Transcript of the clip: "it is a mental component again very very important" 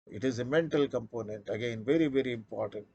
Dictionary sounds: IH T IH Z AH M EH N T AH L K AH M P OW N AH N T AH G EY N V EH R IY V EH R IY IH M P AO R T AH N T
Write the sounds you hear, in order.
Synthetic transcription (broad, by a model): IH T IH Z AH M EH N T AH L K AH M P OW N AH N T AH G EY N V EH R IY V EH R IY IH M P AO R T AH N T